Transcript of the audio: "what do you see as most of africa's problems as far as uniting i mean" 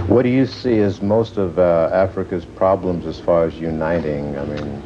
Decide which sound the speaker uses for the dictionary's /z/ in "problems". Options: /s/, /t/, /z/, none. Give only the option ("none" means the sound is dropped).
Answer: /z/